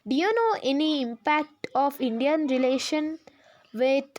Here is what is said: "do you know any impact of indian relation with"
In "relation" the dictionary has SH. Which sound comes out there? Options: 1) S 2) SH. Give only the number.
2